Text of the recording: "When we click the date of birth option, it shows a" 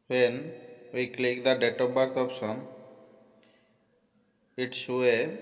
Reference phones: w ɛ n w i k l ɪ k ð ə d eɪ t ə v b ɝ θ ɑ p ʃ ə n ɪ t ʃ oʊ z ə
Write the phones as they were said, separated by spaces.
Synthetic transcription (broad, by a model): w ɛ n w i k l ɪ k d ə d eɪ t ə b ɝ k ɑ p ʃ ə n ɪ t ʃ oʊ ə